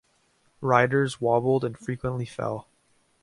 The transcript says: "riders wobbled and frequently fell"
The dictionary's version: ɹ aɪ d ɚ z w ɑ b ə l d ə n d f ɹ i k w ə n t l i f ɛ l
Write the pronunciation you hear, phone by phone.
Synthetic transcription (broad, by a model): ɹ aɪ d ɚ z w ɑ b l d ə n f ɹ i k w ə n t l i f ɛ l